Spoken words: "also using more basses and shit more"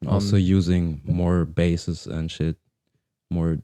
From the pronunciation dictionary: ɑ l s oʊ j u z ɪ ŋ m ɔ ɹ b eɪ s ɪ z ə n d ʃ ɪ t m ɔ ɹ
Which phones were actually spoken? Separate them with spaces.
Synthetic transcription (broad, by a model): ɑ l s oʊ j u z ɪ ŋ m ɔ ɹ b eɪ s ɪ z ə n ʃ ɪ t m ɔ ɹ